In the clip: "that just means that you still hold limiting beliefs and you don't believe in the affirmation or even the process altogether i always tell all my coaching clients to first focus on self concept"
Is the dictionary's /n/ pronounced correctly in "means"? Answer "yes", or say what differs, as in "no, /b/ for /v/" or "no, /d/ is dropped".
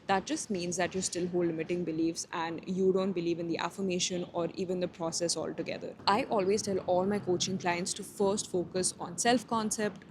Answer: yes